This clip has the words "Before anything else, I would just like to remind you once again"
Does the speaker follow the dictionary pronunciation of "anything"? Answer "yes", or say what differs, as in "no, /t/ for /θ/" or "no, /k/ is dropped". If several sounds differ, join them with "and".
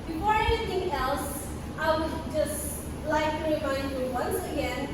no, /t/ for /θ/